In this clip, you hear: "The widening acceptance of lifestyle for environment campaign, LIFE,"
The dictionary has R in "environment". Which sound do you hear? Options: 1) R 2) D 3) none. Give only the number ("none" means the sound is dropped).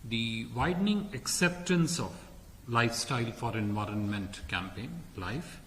1